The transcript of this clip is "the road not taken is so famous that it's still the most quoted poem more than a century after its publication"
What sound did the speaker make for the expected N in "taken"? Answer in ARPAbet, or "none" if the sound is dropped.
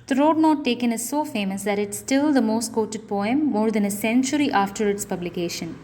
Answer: N